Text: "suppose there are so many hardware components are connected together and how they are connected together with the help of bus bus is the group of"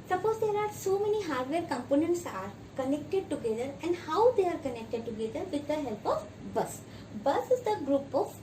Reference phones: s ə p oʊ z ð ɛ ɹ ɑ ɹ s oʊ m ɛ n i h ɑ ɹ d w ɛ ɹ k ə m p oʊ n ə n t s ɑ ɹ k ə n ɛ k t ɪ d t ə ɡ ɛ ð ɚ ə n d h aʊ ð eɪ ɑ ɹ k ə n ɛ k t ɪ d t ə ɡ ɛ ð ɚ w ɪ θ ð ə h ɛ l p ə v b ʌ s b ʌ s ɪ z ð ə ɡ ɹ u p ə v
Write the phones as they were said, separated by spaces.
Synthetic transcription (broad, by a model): s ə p oʊ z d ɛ ɹ ɑ ɹ s oʊ m ɛ n i h ɑ ɹ d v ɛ ɹ k ə m p oʊ n ə n t s ɑ ɹ k ə n ɛ k t ɪ d t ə ɡ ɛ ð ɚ ə n d h aʊ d eɪ ɑ ɹ k ə n ɛ k t ɪ d t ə ɡ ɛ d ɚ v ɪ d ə h ɛ l p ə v b ʌ s b ʌ s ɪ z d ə ɡ ɹ u p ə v